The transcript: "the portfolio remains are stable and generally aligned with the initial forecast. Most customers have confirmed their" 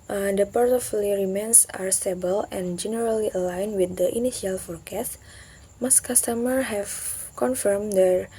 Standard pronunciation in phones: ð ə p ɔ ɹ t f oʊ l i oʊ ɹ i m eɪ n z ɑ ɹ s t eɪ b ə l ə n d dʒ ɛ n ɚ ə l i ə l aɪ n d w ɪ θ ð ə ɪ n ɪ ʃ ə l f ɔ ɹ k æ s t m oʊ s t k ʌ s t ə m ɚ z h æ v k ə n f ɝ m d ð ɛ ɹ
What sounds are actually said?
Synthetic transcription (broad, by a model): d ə p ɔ ɹ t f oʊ l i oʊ ɹ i m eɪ n s ɑ ɹ s t eɪ b ə l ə n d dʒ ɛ n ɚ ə l i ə l aɪ n w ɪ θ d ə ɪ n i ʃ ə l f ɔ ɹ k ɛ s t m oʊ s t k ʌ s t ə m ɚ h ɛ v k ə n f ɝ m d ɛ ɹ